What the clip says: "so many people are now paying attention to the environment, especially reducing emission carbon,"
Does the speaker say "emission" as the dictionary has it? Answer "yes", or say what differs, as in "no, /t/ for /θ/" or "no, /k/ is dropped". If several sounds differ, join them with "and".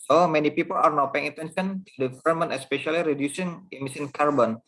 no, /s/ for /ʃ/